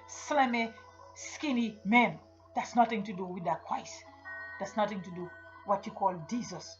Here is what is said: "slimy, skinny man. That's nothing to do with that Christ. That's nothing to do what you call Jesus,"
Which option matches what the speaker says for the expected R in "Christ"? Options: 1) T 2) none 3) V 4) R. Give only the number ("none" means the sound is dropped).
2